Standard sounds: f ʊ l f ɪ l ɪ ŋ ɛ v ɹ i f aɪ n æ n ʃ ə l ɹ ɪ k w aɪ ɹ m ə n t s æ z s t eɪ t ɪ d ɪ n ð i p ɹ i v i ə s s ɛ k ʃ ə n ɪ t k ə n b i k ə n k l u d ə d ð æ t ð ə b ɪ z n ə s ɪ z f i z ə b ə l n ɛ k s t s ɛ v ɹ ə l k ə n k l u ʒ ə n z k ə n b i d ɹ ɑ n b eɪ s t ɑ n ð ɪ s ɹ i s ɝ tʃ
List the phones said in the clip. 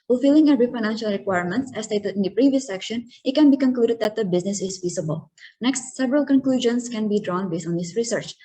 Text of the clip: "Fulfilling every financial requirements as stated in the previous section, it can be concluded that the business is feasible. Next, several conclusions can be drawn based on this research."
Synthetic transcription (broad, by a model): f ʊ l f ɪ l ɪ ŋ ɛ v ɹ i f aɪ n æ n ʃ ə l ɹ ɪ k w aɪ ɹ m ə n t s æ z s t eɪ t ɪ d ɪ n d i p ɹ i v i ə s s ɛ k ʃ ə n ɪ t k ə n b i k ə n k l u d ə d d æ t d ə b ɪ z n ə s ɪ z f i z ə b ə l n ɛ k s t s ɛ v ɹ ə l k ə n k l u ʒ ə n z k ə n b i d ɹ ɑ n b eɪ s t ɑ n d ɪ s ɹ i s ɝ tʃ